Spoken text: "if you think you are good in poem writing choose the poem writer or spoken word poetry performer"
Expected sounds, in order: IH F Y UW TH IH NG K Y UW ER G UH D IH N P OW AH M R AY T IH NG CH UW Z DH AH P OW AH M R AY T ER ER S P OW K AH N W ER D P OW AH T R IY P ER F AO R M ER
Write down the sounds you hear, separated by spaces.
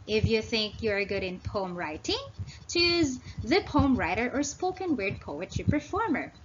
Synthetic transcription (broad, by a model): IH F Y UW TH IH NG K Y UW ER G UH D IH N P OW AH M R AY T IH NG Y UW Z DH AH P OW AH M R AY T ER ER S P OW K AH N W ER D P OW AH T IY P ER F AO R M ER